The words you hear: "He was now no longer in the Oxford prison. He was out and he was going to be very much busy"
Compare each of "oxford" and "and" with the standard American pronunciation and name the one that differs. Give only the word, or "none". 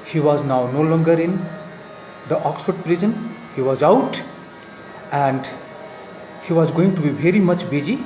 none